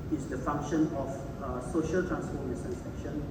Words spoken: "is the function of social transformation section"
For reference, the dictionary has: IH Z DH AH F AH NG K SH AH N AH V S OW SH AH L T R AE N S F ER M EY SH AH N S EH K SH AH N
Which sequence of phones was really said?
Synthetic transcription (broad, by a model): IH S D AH F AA NG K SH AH N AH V S OW SH AH L T R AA N S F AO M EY S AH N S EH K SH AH N